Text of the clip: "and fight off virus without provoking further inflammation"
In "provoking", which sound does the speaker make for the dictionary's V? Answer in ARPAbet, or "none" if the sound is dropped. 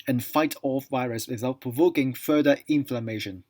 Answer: V